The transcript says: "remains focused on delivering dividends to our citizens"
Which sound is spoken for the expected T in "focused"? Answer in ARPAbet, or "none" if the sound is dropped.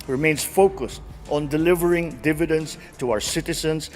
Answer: T